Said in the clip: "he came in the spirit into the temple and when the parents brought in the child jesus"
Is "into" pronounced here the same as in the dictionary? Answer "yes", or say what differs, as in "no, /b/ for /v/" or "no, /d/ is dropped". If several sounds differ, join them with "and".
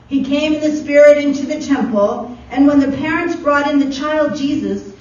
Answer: yes